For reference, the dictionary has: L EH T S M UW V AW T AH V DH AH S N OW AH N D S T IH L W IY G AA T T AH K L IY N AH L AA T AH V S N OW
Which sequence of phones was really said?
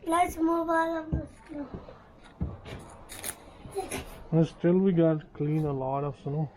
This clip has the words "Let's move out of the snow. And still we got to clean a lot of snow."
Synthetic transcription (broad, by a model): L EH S M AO B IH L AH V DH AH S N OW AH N S T IH L W IY G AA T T K L IY N AH L AA T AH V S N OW